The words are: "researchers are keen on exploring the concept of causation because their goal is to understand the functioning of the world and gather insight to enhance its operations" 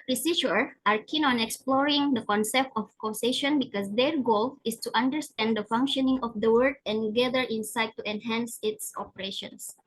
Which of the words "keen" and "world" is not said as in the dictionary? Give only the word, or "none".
world